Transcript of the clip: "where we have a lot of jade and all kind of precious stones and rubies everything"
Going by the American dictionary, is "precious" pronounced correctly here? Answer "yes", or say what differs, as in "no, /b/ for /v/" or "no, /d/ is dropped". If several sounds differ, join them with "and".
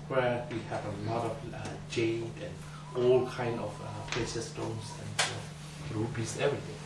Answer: no, /ɹ/ is dropped